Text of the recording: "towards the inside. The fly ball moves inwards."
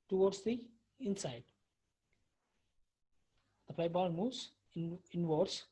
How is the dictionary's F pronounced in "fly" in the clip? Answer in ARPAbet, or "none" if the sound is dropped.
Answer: P